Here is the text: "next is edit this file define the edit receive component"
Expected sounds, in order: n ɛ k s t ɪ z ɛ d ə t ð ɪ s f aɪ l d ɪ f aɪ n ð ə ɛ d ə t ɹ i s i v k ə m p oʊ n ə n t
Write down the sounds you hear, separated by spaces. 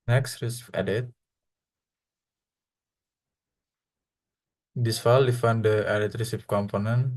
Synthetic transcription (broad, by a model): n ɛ k s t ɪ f ɛ d ə t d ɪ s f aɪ l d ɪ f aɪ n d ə ɛ d ə t ɹ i s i p k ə m p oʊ n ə n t